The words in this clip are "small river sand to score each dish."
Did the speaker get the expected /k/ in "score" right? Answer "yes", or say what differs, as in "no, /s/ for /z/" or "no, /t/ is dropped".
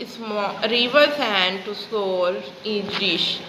no, /k/ is dropped